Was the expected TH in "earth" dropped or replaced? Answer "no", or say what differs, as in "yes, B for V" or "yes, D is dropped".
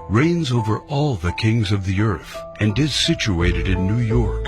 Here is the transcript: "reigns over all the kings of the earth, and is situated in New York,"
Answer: no